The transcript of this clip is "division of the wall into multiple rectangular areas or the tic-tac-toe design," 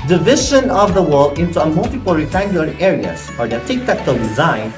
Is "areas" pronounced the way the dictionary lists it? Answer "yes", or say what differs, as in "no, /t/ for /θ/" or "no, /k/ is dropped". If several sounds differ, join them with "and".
no, /s/ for /z/